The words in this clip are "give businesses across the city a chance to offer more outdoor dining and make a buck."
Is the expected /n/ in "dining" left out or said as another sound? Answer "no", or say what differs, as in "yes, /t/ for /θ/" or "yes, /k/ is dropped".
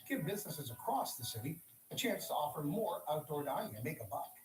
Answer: yes, /n/ is dropped